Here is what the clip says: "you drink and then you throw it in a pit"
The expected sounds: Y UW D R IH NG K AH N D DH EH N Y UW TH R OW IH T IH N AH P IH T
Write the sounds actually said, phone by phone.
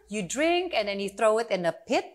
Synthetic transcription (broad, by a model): Y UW D R IH NG K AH N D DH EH N Y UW TH R OW IH T IH N AH P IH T